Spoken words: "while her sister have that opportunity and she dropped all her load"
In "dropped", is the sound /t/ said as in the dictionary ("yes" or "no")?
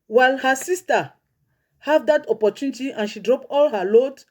no